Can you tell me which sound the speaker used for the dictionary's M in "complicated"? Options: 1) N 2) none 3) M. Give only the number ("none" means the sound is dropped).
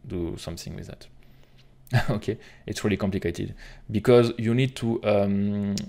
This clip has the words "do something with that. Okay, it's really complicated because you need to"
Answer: 3